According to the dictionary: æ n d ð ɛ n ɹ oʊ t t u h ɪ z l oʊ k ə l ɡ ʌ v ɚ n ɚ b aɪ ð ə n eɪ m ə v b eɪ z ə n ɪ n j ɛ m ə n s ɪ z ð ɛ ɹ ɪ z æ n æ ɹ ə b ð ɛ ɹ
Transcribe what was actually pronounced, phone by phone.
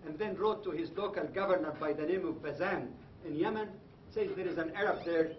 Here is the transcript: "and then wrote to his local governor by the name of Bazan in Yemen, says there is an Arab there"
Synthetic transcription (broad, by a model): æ n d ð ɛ n ɹ oʊ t t u h ɪ z l oʊ k ə l ɡ ʌ v ɚ n ɚ b aɪ ð ə n eɪ m ə v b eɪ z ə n ɪ n j ɛ m ə n s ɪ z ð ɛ ɹ ɪ z æ n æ ɹ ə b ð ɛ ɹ